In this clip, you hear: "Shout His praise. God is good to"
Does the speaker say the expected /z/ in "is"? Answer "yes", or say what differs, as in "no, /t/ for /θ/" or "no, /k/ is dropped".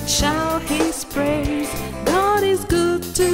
yes